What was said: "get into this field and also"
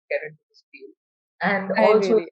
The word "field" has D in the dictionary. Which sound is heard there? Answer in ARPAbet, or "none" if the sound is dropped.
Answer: none